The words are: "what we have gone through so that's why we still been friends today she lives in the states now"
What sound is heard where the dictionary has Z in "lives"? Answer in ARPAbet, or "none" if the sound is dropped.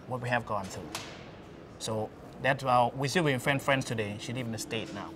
none